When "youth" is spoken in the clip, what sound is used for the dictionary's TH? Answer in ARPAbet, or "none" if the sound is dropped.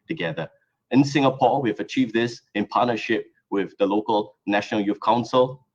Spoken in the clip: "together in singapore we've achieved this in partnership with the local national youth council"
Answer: F